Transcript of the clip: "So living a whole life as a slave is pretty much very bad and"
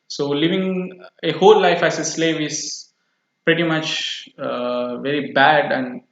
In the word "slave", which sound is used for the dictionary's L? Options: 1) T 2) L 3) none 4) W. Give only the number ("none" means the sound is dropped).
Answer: 2